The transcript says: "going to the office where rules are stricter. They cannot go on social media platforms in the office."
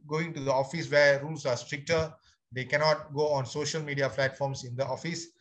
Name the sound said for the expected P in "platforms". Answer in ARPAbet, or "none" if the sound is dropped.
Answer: F